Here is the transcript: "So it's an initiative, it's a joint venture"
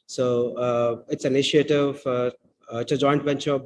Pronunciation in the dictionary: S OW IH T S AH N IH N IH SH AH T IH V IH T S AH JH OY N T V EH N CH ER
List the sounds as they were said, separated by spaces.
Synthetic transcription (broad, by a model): S OW IH T S AH N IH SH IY AH T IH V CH AH JH OY N T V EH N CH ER